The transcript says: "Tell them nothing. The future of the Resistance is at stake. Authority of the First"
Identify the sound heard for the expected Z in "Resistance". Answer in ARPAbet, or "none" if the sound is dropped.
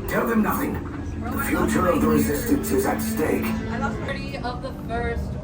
Z